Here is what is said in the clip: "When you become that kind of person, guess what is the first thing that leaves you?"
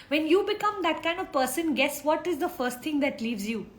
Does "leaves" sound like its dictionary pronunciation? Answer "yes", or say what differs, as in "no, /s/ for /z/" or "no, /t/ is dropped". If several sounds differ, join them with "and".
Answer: yes